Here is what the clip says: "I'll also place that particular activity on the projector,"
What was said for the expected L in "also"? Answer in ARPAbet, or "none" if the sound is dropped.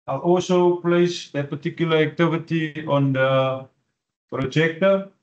L